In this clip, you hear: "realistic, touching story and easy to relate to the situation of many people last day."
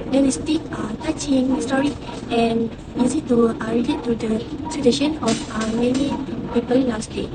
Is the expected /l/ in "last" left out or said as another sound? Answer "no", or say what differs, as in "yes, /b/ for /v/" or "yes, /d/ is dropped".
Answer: yes, /n/ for /l/